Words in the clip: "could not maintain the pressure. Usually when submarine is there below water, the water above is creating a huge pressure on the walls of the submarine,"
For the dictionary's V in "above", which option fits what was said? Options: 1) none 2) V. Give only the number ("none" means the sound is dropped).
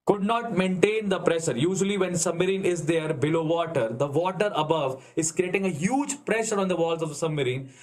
2